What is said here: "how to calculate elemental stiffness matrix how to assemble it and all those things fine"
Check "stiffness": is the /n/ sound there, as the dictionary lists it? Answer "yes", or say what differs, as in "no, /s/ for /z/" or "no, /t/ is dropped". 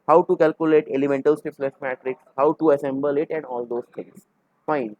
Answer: no, /l/ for /n/